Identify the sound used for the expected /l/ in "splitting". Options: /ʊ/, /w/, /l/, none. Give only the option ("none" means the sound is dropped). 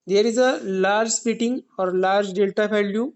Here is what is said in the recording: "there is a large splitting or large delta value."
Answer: none